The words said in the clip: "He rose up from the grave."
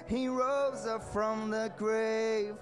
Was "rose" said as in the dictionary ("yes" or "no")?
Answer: yes